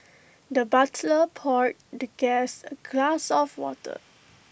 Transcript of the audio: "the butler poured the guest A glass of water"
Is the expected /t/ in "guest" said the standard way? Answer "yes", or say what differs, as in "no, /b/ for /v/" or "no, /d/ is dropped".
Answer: no, /t/ is dropped